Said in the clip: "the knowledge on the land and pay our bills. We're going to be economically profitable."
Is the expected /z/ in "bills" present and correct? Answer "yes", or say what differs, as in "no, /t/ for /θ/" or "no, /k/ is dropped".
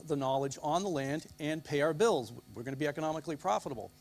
yes